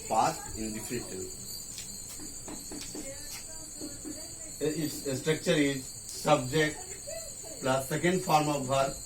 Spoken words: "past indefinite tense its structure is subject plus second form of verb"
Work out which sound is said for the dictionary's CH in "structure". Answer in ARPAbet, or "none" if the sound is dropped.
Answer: CH